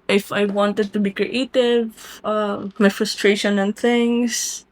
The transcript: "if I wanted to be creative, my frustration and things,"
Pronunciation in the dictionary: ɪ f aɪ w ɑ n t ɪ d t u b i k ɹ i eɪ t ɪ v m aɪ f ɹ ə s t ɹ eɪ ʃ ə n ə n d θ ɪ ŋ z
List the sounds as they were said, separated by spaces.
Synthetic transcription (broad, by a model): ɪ f aɪ w ɑ n t ɪ d t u b i k ɹ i eɪ t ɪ v m aɪ f ɹ ə s t ɹ eɪ ʃ ə n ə n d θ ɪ ŋ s